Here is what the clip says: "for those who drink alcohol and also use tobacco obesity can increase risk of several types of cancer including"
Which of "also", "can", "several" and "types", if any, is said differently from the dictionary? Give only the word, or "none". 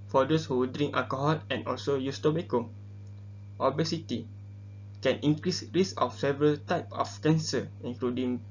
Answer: types